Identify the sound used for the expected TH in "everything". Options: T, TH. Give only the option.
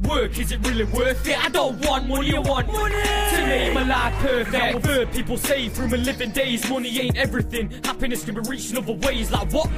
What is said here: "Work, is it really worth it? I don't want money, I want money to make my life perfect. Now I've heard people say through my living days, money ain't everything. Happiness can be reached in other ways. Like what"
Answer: TH